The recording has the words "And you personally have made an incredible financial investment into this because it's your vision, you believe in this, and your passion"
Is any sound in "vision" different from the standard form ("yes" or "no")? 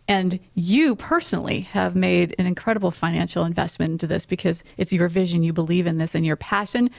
no